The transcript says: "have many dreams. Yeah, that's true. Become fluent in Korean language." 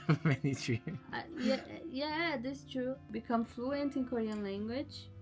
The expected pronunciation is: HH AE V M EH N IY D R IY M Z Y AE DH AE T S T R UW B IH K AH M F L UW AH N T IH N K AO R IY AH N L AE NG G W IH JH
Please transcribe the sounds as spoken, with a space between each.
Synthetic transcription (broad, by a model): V M EH N IY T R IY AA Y Y AE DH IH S T R UW B IH K AH M F L UW AH N T IH N K AO R IY AH N L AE NG G W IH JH